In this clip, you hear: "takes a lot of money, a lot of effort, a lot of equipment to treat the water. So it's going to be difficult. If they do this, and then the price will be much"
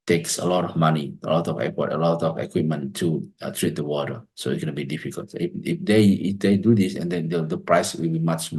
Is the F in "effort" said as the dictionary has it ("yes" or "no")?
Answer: no